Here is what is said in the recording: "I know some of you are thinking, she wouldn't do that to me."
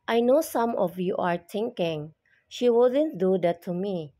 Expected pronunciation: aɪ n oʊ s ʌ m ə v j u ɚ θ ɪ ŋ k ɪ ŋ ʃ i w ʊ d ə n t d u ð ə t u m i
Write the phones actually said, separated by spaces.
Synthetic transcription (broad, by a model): aɪ n oʊ s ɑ m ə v j u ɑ t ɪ ŋ k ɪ ŋ ʃ i w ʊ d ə n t d u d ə t u m i